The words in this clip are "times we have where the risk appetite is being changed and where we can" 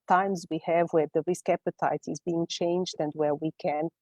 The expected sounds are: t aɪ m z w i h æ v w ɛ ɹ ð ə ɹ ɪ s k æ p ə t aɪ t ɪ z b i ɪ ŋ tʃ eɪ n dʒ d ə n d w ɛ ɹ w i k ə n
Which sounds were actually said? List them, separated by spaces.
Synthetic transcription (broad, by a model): t aɪ m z w i h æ v w ɛ ɹ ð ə ɹ ɪ s k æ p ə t aɪ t ɪ z b i ɪ ŋ tʃ eɪ n dʒ d ə n d w ɛ ɹ w i k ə n